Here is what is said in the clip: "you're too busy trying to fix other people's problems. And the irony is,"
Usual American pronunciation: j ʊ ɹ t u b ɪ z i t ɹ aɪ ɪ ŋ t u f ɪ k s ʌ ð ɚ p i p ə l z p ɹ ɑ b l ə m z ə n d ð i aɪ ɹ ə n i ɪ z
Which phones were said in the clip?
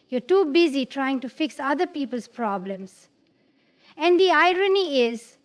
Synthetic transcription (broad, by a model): j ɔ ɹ t u b ɪ z i t ɹ aɪ ɪ ŋ t u f ɪ k s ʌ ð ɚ p i p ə l s p ɹ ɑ b l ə m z ə n d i aɪ ɹ ə n i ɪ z